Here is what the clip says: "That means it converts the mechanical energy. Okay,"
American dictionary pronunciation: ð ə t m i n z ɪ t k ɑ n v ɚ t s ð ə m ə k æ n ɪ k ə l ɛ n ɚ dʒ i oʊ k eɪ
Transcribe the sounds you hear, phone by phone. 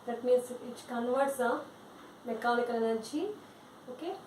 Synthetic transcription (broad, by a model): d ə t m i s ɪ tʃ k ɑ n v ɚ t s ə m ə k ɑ l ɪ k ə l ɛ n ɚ tʃ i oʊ k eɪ